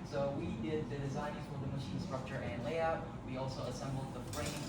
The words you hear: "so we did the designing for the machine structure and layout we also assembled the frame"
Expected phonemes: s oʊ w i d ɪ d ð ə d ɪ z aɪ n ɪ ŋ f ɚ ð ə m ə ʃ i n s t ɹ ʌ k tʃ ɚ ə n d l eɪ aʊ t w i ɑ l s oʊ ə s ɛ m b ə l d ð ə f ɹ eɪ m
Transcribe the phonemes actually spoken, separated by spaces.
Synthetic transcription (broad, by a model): s oʊ w i d ɪ d ð ə d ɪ z aɪ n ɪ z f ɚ ð ə m ə ʃ i n s t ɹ ʌ k tʃ ɚ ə n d l eɪ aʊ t w i ɑ l s oʊ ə s ɛ m b l d ð ə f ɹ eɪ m